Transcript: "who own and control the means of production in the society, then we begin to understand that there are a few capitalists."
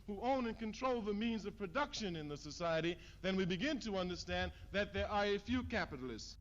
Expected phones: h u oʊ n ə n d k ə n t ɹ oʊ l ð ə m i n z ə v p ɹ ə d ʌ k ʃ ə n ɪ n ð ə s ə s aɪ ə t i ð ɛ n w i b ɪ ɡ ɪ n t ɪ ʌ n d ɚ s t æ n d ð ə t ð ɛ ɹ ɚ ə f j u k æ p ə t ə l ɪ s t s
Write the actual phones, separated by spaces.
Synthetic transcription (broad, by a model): h u oʊ n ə n k ə n t ɹ oʊ l ð ə m i n z ə v p ɹ ə d ʌ k ʃ ə n ɪ n ð ə s ə s aɪ ə t i ð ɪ n w i b ɪ ɡ ɪ n t ɪ ʌ n d ɚ s t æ n ð ə t ð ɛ ɹ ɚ ə f j u k æ p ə t l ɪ s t s